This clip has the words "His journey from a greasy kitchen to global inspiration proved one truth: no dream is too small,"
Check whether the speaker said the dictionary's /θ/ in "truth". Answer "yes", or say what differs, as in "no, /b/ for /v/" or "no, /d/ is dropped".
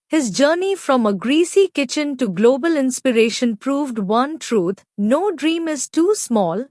no, /t/ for /θ/